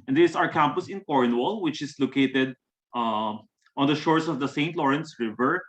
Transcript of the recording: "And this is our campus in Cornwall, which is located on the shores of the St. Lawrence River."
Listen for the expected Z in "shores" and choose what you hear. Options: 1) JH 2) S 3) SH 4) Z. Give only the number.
2